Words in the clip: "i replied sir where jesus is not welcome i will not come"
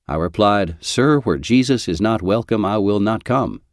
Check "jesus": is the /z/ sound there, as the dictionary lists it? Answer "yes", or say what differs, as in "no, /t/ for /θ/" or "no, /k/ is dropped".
yes